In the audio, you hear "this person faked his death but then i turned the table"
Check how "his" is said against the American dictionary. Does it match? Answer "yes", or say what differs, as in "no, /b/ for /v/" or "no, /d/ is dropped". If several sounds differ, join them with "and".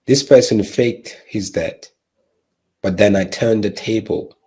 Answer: yes